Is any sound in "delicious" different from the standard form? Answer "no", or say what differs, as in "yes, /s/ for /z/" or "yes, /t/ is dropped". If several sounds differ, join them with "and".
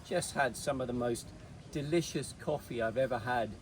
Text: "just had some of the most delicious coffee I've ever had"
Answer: no